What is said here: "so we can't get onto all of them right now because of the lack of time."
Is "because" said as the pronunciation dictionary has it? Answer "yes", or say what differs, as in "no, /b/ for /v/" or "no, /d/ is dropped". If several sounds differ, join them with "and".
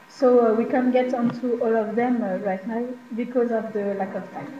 yes